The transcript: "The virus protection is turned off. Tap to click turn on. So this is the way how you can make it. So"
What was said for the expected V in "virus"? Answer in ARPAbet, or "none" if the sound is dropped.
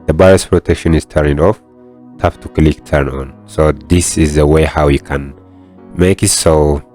B